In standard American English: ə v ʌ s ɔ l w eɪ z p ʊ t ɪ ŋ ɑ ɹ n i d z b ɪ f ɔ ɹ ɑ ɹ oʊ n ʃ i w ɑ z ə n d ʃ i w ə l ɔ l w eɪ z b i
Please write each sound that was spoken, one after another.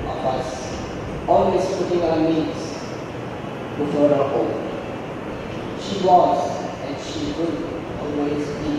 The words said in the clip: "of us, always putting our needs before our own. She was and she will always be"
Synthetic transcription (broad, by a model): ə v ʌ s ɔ l w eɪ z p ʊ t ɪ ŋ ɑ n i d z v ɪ ɔ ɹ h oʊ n ʃ i w ɑ z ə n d ʃ i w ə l ɔ l w eɪ z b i